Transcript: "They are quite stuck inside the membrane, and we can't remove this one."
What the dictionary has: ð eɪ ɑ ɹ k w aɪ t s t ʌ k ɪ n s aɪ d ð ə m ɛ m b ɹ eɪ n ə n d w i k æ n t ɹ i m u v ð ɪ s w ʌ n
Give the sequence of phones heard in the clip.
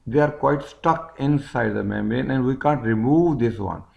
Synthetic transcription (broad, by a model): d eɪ ɑ ɹ k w aɪ t s t ʌ k ɪ n s aɪ d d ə m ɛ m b eɪ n ə n d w i k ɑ n t ɹ i m u v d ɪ s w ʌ n